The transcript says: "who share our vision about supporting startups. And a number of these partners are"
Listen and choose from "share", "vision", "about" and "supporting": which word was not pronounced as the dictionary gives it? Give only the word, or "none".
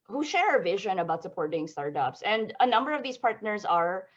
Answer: none